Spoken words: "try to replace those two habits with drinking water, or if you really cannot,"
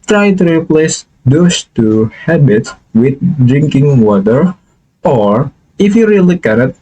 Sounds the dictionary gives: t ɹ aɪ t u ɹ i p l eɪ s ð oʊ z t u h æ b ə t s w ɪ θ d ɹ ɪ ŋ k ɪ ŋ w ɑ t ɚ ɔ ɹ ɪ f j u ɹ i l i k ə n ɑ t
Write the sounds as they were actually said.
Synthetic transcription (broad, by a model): t ɹ aɪ t u ɹ i p l eɪ s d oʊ s t u h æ b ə t s w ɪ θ d ɹ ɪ ŋ k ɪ ŋ w ɑ t ɚ ɔ ɹ ɪ f j u ɹ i l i k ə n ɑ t